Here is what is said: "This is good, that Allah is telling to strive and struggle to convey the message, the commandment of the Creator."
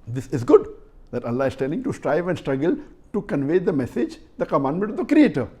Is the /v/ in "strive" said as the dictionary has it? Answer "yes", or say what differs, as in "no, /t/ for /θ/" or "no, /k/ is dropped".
yes